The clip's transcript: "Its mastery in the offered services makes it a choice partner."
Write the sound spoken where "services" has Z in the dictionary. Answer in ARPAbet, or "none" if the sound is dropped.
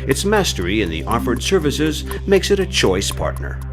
Z